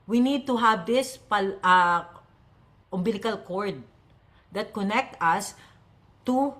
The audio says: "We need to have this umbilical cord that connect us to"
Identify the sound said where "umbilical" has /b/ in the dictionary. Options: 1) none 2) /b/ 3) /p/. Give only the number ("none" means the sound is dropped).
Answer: 2